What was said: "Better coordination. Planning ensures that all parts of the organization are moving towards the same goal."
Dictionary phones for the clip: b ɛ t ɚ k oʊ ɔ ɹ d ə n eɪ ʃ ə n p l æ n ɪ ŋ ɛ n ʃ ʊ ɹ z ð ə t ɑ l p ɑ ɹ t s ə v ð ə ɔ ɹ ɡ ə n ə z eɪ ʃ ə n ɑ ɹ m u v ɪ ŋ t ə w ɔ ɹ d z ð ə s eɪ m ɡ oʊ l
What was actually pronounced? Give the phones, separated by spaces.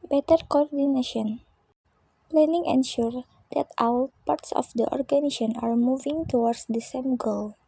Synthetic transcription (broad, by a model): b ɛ t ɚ k oʊ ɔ ɹ d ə n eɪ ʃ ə n p l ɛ n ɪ ŋ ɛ n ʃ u ɹ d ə t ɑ w p ɑ ɹ t s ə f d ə ɔ ɹ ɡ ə n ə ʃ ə n ɑ ɹ m u v ɪ ŋ t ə w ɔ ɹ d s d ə s eɪ m ɡ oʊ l